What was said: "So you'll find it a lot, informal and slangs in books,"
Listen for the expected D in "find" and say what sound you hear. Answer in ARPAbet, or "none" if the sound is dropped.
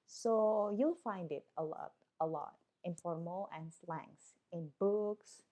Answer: D